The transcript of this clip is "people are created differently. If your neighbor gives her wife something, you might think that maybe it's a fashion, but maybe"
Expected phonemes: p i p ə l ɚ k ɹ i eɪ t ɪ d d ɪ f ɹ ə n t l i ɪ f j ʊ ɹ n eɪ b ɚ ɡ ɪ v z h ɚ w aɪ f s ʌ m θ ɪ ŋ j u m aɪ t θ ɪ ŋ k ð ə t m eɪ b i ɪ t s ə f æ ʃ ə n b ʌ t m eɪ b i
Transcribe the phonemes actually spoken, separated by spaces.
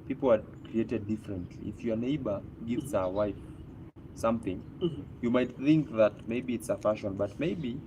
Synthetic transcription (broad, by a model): p i p l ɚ k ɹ i eɪ t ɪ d d ɪ f ɹ ə n t l i ɪ f j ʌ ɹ n eɪ b ɚ ɡ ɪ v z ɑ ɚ w aɪ f s ʌ m θ ɪ ŋ j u m aɪ t θ ɪ ŋ k ð ə t m eɪ b i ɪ t s ə f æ ʃ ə n b ʌ t m eɪ b i